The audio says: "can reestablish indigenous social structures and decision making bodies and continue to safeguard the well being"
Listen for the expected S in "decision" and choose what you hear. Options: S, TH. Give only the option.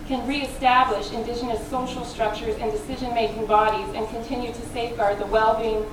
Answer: S